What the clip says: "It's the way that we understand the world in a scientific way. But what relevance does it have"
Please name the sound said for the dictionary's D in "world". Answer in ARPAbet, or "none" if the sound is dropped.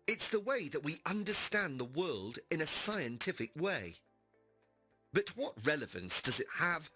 D